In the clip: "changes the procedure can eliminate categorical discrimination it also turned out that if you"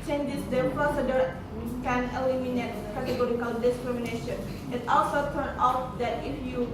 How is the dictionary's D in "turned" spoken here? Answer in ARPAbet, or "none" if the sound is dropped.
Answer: none